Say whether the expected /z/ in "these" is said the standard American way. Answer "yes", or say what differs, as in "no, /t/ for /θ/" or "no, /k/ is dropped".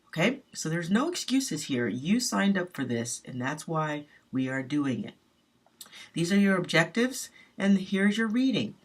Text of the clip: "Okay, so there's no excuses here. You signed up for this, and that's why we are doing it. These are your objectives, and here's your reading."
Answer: yes